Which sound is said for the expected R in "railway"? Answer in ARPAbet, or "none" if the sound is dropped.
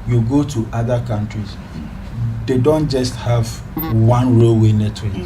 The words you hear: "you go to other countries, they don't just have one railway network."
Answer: R